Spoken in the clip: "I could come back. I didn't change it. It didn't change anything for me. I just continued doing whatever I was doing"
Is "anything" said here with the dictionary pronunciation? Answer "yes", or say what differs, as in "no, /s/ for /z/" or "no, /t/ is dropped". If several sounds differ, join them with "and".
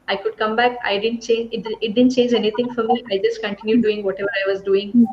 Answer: no, /t/ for /θ/